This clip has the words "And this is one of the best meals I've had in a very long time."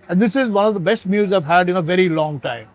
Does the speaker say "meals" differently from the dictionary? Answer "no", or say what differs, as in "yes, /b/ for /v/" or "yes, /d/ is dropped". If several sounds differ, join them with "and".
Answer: yes, /l/ is dropped